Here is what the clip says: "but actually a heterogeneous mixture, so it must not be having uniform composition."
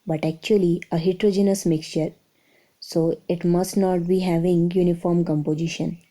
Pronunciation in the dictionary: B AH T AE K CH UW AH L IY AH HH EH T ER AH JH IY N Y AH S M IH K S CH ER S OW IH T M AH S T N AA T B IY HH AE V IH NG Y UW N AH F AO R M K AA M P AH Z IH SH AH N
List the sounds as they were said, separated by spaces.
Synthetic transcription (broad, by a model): B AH T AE K CH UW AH L IY AH HH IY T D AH JH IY N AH S M IH K S CH ER S OW IH T M AH S T N AA T B IY HH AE V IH NG Y UW N AH F AO R M K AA M P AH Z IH SH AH N